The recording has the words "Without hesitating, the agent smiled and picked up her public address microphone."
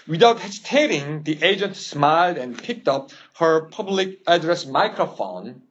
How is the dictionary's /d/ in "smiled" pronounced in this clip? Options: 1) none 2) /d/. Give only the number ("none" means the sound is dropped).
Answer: 2